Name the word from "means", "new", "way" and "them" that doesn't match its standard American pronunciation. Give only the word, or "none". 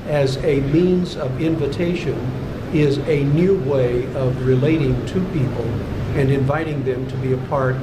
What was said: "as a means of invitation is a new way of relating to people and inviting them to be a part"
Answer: none